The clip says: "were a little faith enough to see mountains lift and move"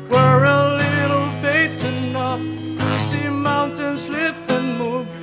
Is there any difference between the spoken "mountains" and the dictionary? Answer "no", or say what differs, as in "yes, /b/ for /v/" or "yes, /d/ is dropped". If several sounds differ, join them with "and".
yes, /s/ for /z/